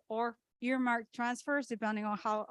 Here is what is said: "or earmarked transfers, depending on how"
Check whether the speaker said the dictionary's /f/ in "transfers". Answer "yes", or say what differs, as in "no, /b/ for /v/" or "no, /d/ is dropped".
yes